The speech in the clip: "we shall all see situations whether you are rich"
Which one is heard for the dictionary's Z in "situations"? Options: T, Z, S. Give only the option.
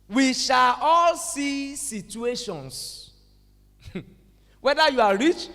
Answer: S